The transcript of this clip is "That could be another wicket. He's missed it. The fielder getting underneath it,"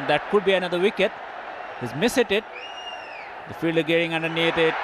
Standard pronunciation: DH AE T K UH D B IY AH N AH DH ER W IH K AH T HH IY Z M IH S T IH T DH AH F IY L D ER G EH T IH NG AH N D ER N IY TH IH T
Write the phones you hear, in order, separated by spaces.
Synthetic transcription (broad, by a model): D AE T K UH D B IY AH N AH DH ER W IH K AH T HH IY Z M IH S T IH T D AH F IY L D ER G EH T IH NG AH N D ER N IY T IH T